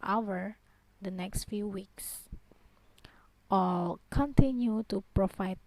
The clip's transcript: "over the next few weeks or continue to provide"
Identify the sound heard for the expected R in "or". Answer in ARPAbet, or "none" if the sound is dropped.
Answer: L